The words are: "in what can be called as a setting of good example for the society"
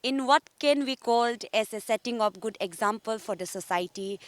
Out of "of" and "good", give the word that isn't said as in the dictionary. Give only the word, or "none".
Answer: of